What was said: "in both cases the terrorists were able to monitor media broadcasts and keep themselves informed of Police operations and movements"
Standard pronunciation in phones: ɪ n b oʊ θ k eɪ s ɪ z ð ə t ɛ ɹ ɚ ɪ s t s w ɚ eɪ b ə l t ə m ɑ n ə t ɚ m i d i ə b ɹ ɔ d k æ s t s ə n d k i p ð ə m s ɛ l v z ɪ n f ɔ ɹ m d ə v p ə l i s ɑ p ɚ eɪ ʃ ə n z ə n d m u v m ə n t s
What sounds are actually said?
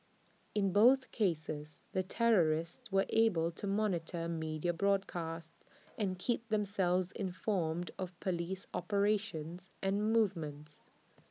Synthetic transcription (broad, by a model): ɪ n b oʊ θ k eɪ s ɪ z ð ə t ɛ ɹ ɚ ɪ s t s w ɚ eɪ b ə l t ə m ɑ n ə t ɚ m i d i ə b ɹ ɔ d k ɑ s t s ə n k i p ð ə m s ɛ l v z ɪ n f ɔ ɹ m d ə v p ə l i s ɑ p ɚ eɪ ʃ ə n z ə n m u v m ə n t s